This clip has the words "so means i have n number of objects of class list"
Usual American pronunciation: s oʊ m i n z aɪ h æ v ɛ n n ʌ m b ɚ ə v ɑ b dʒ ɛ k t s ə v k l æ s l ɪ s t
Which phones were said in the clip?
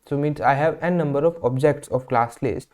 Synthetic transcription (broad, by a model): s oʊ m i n s aɪ h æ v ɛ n n ʌ m b ɚ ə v ɑ b dʒ ɛ k t s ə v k l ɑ s l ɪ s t